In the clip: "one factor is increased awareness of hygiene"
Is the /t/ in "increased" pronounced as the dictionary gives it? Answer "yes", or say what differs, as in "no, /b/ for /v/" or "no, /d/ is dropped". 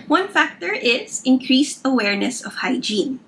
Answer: yes